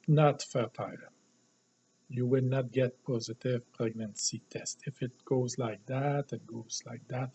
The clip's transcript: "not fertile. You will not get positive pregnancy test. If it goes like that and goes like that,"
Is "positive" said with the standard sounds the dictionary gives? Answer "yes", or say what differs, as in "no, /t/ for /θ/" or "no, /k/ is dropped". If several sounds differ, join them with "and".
yes